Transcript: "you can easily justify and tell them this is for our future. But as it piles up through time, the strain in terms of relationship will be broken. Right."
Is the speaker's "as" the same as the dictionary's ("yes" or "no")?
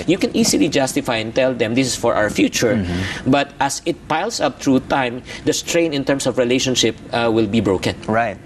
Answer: no